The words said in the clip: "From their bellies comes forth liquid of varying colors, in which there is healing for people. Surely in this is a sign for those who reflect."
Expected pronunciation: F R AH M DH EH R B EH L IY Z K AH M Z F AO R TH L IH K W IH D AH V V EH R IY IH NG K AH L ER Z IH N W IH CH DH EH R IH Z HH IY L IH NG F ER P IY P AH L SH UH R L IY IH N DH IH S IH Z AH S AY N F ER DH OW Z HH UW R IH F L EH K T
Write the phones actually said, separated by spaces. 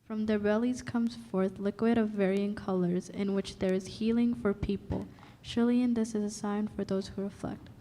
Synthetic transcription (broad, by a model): F R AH M DH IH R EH L IY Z K AH M Z F AO R TH L IH K W IH D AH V V EH R IY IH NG K AH L ER Z IH N W IH CH DH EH R IH Z HH IY L IH NG F ER P IY P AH L SH UH R L IY IH N DH IH S IH Z AH S AY N F ER DH OW Z HH UW R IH F L EH K T